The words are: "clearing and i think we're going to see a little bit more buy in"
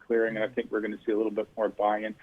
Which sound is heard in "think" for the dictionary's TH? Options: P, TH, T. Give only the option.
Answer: TH